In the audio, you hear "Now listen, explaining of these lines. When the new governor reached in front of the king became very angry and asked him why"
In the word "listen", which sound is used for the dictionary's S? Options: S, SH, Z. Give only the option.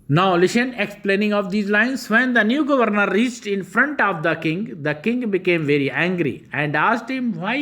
SH